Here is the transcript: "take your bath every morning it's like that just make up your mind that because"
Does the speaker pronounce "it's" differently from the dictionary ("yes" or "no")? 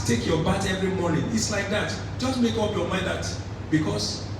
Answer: no